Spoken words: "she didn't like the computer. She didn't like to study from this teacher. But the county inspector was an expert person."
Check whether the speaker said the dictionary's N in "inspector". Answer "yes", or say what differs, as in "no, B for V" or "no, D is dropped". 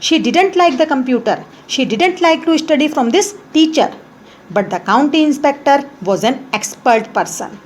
yes